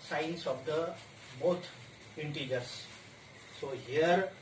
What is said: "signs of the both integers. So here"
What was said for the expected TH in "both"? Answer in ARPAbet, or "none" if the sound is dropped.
T